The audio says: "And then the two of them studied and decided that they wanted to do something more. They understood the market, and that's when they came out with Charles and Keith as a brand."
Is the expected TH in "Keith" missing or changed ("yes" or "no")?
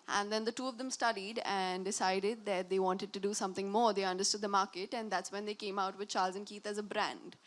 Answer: yes